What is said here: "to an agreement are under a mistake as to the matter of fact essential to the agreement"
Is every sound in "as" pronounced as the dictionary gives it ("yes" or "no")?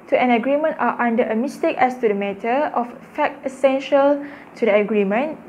no